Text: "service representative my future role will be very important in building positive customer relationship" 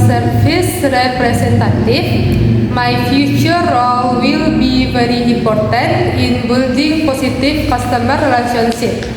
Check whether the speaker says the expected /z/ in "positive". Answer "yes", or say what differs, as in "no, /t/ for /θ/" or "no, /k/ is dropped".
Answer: no, /s/ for /z/